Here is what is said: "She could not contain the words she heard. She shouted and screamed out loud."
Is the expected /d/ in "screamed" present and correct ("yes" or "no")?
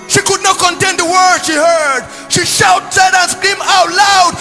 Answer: no